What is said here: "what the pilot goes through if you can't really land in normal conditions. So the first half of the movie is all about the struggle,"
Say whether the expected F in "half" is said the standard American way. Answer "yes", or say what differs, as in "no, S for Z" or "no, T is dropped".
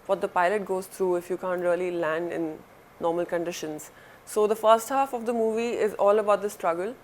yes